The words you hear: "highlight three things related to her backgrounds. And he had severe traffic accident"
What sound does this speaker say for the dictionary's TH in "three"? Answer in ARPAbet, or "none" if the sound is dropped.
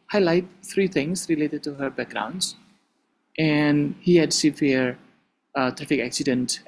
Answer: F